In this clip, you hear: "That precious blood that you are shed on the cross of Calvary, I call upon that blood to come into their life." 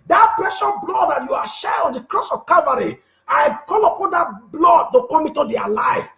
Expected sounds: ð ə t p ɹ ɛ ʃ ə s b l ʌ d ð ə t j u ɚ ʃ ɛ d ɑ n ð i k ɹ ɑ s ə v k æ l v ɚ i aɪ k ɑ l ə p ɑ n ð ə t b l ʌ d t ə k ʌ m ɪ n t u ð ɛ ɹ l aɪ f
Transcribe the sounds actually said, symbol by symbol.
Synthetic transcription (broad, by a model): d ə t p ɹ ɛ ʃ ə b l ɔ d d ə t j u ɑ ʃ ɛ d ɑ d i k ɹ ɑ s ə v k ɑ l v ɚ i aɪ k ɑ l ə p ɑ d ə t b l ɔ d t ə k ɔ m ɪ n t u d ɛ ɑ l aɪ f